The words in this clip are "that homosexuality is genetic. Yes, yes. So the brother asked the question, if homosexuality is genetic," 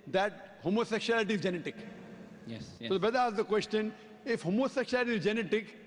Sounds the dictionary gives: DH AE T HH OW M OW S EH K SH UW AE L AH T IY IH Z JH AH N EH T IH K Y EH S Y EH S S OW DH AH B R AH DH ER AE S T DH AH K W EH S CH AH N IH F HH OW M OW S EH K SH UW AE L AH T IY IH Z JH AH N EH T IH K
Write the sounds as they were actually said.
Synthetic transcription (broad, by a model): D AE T HH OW M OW S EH K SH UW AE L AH T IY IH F JH AH N EH T IH K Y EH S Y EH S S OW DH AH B AH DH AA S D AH K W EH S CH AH N IH F HH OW M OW S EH K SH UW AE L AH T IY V JH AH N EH T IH K